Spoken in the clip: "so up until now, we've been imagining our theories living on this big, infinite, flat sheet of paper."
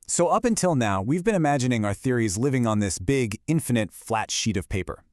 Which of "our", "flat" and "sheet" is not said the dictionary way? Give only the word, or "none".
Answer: none